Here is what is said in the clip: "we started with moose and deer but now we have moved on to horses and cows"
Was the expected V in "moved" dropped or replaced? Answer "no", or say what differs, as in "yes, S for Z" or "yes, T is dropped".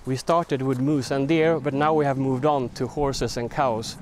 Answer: no